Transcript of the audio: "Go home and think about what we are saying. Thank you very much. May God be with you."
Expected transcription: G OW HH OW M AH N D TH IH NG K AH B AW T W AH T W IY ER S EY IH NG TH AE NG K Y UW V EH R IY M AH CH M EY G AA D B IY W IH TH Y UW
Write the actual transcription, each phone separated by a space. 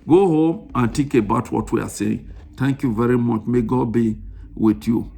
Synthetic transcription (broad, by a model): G OW HH OW M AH N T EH K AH B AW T W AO T W IY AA S EY IH NG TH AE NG K Y UW V EH R IY M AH CH M EY G AA D B IY W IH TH Y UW